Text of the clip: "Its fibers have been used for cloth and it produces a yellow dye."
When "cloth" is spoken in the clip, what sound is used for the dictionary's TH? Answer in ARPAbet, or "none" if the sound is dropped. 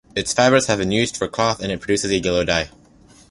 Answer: TH